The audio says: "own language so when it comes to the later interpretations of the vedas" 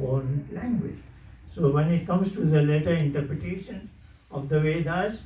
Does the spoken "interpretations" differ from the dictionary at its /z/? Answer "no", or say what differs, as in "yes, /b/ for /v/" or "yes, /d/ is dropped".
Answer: yes, /z/ is dropped